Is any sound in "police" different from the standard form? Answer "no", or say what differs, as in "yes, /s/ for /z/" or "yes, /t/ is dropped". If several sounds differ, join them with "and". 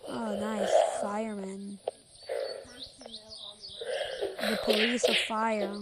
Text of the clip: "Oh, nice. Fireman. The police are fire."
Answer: yes, /l/ is dropped